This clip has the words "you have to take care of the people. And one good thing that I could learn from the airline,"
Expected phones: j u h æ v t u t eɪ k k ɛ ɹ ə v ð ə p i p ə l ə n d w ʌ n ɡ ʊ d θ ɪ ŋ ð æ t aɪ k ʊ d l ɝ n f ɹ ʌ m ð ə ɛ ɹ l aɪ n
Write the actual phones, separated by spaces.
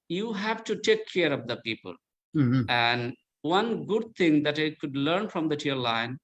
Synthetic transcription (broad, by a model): j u h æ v t u t eɪ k k ɛ ɹ ə v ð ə p i p ə l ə n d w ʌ n ɡ ʊ d t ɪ ŋ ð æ t aɪ k ʊ d l ɝ n f ɹ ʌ m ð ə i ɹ l aɪ n